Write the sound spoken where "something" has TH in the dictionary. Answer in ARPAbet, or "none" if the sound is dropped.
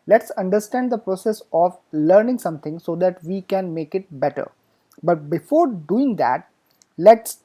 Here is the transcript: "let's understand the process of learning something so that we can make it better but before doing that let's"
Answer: T